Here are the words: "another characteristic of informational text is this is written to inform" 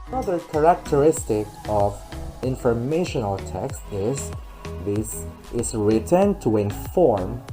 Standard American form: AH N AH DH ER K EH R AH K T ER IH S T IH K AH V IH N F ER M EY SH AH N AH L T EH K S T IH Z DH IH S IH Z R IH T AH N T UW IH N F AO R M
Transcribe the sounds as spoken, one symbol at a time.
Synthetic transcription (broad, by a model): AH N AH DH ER K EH R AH K T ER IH S T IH K AH V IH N F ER M EY SH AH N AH L T EH K S T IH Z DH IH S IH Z R IH T AH N T UW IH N F AO R M